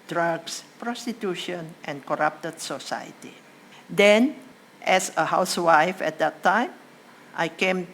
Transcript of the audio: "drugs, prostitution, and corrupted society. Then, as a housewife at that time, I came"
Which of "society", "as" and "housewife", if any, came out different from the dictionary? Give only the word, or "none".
as